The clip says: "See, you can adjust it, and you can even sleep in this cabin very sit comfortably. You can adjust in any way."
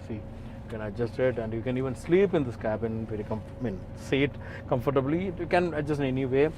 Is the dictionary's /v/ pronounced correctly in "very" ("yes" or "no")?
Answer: no